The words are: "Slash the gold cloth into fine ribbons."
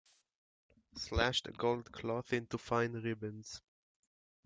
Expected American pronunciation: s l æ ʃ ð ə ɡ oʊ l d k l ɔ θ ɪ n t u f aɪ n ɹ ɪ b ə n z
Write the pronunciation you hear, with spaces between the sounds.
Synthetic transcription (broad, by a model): s l æ ʃ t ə ɡ oʊ l d k l ɔ θ ɪ n t u f aɪ n ɹ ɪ b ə n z